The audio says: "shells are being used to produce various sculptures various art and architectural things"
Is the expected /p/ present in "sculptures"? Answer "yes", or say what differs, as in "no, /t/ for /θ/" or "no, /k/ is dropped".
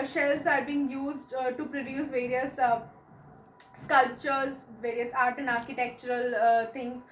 yes